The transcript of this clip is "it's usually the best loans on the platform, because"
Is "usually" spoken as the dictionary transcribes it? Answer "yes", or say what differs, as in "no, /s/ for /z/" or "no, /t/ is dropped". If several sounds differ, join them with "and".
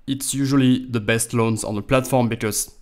yes